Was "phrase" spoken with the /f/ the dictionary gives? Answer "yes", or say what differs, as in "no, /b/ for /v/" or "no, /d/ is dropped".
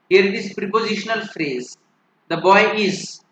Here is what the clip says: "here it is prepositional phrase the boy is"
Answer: yes